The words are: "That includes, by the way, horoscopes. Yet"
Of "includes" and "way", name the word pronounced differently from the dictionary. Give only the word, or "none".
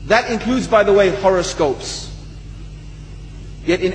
none